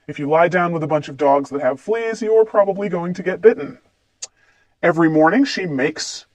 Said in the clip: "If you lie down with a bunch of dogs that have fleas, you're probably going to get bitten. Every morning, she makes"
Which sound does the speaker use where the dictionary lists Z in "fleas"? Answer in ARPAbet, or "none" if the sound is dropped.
Z